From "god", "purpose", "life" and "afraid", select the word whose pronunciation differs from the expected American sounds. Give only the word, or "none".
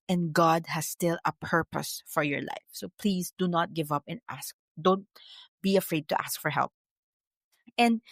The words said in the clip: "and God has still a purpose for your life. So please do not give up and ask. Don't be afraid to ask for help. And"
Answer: none